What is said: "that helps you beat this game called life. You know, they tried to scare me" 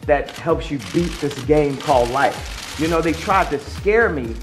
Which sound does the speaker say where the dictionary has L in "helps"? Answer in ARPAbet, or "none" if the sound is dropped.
L